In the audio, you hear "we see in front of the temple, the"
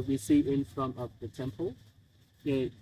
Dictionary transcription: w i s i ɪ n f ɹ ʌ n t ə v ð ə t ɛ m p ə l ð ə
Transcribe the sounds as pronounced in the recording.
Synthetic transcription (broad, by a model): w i s i ɪ n f ɹ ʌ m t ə p ð ə t ɛ m p ə l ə